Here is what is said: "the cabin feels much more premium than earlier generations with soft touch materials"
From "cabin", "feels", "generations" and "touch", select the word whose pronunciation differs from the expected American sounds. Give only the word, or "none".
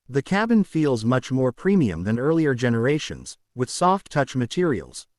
none